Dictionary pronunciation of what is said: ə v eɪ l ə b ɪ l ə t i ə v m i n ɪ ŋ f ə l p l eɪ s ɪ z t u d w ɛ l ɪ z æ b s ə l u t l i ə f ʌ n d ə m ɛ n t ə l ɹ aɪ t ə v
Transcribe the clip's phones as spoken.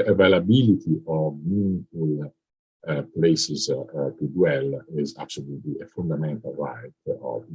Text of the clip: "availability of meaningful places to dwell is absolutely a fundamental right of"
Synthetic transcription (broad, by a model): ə v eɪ l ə b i l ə t i ə v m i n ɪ f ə l p l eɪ s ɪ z t u d w ɛ l ɪ z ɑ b s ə l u t l i ə f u n d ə m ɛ n t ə l ɹ aɪ t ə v